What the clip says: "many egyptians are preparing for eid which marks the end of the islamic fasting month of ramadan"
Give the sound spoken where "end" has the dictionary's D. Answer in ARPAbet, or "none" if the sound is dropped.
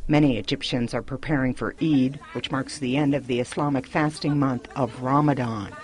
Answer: D